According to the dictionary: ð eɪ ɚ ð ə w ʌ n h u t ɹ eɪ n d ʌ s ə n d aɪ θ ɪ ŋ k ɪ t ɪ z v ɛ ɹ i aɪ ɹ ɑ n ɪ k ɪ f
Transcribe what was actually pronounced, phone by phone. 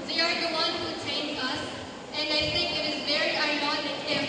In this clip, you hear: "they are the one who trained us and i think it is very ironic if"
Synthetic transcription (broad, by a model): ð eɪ ɚ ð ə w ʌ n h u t eɪ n ʌ s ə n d aɪ θ ɪ ŋ k ɪ t ɪ z v ɛ ɹ i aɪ w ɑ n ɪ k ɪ